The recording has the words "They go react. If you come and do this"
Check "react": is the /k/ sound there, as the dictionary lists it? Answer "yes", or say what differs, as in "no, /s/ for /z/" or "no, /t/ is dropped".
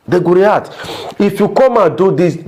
no, /k/ is dropped